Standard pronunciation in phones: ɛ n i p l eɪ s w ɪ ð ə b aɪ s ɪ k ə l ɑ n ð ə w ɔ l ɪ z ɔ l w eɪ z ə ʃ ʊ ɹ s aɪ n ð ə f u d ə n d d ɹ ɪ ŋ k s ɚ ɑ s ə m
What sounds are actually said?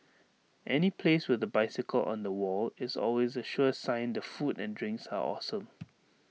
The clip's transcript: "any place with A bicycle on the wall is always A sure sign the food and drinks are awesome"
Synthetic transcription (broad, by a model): ɛ n i p l eɪ s w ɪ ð ə b aɪ s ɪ k ə l ɑ n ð ə w ɔ l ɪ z ɔ l w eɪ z ə ʃ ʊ s aɪ n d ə f u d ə n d d ɹ ɪ ŋ k s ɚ ɑ s ə m